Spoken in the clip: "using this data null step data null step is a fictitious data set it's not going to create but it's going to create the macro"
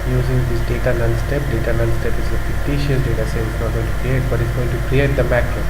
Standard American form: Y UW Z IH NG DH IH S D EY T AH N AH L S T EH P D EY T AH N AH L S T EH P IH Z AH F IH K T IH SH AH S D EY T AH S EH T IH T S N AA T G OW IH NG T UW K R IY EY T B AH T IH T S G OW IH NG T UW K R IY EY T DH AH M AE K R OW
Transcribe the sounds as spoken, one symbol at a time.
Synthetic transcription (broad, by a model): Y UW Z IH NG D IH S D EY T AH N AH N S T EH P D EY T AH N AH N S T EH P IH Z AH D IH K T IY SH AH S D EY T AH S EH IH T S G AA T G OW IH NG T UW K R IY EY T B AH T IH T S G OW IH NG T UW K R IY EY T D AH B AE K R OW